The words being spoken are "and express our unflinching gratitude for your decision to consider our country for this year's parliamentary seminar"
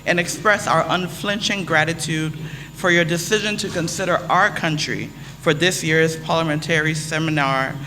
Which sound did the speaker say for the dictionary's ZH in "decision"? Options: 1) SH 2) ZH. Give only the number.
2